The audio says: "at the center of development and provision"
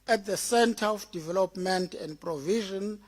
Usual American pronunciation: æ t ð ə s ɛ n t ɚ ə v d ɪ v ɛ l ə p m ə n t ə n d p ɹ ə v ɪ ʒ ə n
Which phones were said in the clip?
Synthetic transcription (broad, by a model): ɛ t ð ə s ɛ n t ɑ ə f d ɪ v ɛ l ə p m ə n t ə n d p ɹ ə v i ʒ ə n